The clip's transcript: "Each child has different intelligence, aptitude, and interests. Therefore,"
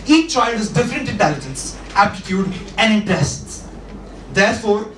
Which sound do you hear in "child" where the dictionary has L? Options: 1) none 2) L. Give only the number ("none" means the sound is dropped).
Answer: 1